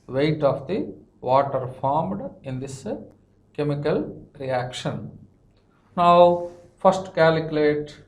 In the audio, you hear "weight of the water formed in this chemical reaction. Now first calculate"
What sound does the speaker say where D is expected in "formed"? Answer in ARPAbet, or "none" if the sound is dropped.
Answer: D